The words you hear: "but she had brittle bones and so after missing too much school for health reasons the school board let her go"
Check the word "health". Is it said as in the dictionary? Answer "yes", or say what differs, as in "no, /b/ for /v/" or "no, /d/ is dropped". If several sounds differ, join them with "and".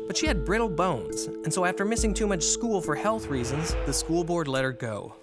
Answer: yes